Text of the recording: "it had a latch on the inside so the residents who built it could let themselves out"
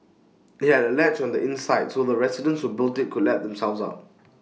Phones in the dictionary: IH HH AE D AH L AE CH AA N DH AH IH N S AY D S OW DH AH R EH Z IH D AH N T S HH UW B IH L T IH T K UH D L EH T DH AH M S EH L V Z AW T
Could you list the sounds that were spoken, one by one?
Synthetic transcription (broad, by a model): IH HH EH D AH L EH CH AA N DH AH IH N S AY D S OW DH AH R EH S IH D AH N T S HH UW B IH L T IH T K UH D L EH T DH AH M S EH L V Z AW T